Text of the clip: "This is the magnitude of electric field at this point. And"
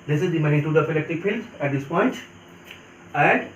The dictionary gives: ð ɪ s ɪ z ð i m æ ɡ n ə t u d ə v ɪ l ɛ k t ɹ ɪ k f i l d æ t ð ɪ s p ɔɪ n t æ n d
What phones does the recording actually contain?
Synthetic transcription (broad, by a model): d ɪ s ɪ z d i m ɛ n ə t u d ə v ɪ l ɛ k t ɪ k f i l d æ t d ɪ s p ɔɪ n t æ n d